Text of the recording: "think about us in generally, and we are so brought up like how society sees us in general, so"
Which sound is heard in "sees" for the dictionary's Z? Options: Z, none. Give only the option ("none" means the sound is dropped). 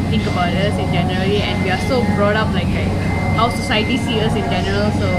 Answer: none